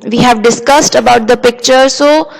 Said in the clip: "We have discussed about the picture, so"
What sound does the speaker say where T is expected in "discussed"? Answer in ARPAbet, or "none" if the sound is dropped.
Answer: T